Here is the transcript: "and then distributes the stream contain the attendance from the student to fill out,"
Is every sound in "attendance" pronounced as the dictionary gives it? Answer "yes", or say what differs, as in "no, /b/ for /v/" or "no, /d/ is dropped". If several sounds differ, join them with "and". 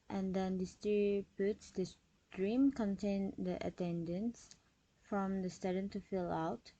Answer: yes